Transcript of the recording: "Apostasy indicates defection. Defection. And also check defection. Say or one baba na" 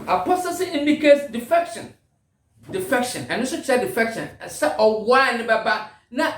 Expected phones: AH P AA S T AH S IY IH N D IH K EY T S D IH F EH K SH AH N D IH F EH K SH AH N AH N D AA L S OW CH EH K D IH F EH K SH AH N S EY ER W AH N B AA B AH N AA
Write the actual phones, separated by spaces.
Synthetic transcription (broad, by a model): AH P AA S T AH S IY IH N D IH K EY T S D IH F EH K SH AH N D IH F EH K SH AH N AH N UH S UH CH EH D IH F EH K SH AH N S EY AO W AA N B AA B AH N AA